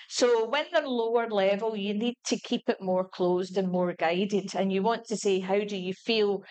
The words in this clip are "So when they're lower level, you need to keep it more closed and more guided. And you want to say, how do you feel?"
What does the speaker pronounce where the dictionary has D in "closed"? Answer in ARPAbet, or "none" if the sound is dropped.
D